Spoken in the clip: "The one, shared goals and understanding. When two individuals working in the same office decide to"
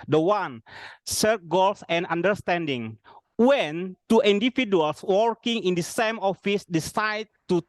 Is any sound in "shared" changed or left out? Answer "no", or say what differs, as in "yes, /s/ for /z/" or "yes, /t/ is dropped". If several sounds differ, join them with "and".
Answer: yes, /s/ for /ʃ/